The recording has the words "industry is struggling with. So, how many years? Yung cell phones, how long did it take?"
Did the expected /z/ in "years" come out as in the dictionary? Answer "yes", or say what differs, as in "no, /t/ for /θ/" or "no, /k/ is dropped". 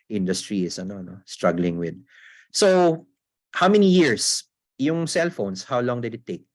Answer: no, /s/ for /z/